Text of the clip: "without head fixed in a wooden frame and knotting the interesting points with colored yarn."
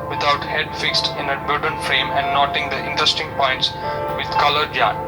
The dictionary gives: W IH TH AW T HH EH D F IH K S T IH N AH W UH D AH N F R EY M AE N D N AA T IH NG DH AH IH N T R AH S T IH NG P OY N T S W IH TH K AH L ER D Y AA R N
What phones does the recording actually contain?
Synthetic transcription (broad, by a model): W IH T AW T HH EH D F IH K S T IH N AH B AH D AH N F R EY M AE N N AA T IH NG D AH IH N T R AH S T IH NG P OY N T S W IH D K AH L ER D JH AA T